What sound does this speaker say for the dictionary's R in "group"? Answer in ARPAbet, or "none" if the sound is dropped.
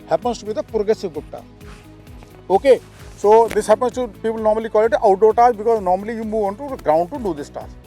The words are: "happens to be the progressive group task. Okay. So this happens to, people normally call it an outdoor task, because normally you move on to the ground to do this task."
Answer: none